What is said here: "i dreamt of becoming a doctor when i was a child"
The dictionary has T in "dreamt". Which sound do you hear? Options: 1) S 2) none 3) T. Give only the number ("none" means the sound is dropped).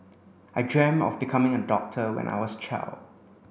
2